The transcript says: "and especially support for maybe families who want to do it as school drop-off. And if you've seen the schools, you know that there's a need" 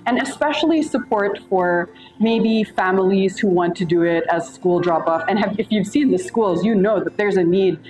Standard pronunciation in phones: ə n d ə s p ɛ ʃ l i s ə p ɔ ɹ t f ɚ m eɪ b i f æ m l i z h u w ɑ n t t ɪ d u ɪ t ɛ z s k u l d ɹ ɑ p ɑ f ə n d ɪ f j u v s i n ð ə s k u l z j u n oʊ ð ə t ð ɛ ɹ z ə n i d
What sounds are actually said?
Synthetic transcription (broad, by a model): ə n ə s p ɛ ʃ l i s ə p ɔ ɹ t f ɚ m eɪ b i f æ m l i z h u w ɑ n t t ɪ d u ɪ t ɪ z s k u l d ɹ ɑ p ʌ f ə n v ɪ f j u v s i n ð ə s k u l z j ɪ n oʊ ð ə t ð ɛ ɹ z ə n i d